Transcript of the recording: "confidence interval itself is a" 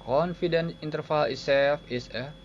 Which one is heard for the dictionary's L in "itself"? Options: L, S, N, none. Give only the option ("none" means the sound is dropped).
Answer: none